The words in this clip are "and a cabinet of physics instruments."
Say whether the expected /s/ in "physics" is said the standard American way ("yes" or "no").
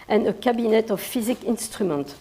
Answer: no